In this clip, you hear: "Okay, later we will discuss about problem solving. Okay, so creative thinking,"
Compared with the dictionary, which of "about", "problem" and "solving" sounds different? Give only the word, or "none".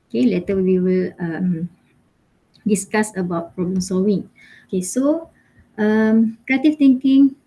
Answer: solving